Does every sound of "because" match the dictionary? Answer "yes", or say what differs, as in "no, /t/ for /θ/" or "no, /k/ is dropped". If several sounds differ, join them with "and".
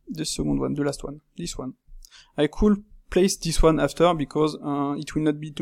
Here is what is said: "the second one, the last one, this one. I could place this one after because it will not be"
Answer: yes